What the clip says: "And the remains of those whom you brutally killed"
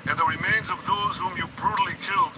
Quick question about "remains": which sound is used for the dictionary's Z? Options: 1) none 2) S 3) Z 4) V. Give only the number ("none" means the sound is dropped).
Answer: 3